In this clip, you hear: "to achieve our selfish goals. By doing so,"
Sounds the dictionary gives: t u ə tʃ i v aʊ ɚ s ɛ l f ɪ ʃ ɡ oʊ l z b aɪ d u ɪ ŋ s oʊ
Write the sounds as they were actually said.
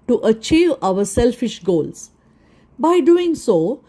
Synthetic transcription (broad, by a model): t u ə tʃ i v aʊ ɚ s ɛ l f ɪ ʃ ɡ oʊ l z b aɪ d u ɪ ŋ s oʊ